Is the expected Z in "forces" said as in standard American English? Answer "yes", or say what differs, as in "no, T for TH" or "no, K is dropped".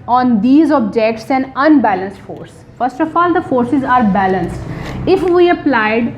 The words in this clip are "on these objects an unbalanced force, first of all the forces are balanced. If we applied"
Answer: yes